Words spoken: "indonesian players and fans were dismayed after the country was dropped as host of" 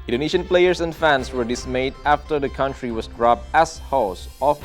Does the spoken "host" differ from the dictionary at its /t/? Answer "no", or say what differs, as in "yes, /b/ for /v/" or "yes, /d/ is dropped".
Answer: yes, /t/ is dropped